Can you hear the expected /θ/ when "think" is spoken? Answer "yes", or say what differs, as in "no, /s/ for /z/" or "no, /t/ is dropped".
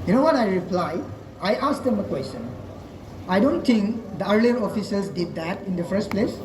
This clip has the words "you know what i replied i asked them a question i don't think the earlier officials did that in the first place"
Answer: no, /t/ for /θ/